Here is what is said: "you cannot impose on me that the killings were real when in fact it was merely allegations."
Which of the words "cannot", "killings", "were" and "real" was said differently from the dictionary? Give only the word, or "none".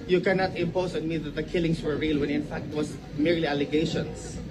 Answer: killings